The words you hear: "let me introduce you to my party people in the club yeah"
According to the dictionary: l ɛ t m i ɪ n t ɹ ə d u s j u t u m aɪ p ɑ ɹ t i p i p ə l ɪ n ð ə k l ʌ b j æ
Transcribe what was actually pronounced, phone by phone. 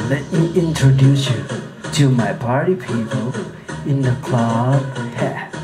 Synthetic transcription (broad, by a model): l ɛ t m i ɪ n t ɹ ə d u s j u t u m aɪ p ɑ ɹ t i p i p ə l ɪ n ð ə k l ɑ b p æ